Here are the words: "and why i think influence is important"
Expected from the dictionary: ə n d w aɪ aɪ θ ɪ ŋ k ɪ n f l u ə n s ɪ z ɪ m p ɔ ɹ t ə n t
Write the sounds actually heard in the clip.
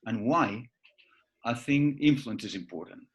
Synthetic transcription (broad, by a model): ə n w aɪ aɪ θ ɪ ŋ ɪ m f l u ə n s ɪ z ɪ m p ɔ ɹ t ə n t